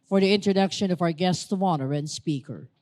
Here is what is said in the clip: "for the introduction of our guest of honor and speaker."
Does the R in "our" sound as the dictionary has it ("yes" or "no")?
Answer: yes